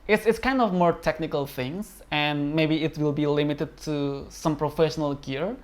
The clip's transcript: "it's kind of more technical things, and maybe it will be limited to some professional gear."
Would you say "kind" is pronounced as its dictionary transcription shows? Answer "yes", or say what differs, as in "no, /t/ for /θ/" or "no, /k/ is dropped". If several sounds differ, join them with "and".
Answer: yes